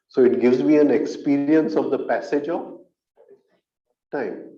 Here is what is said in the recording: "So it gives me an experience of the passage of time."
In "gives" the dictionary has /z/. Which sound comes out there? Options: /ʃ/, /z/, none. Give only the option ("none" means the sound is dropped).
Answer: /z/